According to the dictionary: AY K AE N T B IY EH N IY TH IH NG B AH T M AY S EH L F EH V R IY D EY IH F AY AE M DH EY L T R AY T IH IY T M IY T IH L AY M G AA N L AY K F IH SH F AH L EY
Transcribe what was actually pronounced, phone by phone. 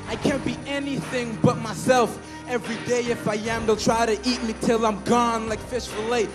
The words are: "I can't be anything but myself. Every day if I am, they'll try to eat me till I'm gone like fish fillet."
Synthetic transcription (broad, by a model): AY K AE N B IY EH N IY TH IH NG B AH T M AY S EH L F EH V R IY D EY IH F AY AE M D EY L T R AY T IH IY T M IY T IH L AY M G AA N L AY K F IH SH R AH L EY